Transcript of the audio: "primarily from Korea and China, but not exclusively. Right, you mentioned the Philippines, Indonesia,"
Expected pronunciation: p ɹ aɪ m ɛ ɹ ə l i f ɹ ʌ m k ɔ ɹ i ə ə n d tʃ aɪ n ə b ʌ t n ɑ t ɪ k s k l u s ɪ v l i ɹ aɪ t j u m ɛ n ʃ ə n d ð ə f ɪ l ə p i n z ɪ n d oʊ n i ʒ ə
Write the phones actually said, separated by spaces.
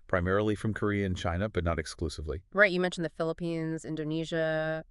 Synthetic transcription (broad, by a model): p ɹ aɪ m ɛ ɹ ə l i f ɹ ʌ m k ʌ ɹ i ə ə n tʃ aɪ n ə b ʌ t n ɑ t ɪ k s k l u s ɪ v l i ɹ aɪ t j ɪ m ɛ n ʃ n ð ə f ɪ l ə p i n z ɪ n d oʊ n i ʒ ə